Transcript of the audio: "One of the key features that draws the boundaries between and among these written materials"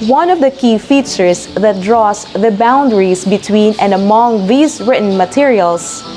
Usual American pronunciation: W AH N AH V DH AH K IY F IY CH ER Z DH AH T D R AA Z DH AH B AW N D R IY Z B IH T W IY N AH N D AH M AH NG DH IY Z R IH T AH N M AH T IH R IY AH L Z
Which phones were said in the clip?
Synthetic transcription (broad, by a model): W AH N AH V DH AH K IY F IY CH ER S DH AH T D R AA S DH AH B AW N D R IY S B IH T W IY N AH N D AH M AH NG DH IY S R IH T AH N M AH T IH R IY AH L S